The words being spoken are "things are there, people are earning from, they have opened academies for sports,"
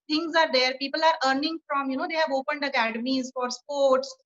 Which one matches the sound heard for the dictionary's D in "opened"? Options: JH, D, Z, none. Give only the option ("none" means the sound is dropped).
D